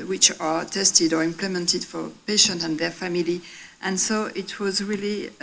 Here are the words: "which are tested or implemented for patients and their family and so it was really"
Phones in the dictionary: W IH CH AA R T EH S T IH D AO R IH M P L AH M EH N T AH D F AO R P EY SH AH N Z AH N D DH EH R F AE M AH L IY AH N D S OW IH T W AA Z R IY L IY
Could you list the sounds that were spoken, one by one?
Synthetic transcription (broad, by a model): W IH CH AA R T EH S T IH D AO R IH M P L AH M EH N T AH D F AO R P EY SH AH N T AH N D DH EH R F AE M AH L IY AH N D S OW IH T W AA Z R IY L IY